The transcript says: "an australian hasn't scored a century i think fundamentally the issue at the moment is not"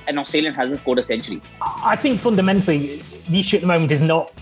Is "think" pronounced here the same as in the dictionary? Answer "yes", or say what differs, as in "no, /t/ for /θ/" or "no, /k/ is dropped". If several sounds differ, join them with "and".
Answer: yes